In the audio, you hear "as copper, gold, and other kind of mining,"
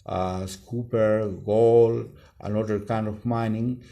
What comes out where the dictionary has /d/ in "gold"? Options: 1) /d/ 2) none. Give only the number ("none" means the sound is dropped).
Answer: 2